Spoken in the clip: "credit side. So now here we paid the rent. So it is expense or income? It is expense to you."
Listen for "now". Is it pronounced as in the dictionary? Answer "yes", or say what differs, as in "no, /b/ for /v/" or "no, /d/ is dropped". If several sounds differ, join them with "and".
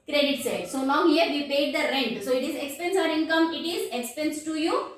no, /l/ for /n/